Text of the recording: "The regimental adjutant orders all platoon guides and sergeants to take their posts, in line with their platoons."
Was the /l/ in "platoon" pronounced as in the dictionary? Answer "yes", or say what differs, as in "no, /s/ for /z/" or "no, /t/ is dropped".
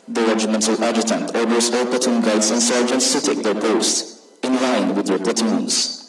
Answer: no, /l/ is dropped